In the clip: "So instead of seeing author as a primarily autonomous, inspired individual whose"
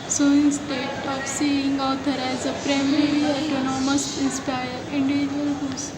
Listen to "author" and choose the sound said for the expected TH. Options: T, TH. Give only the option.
T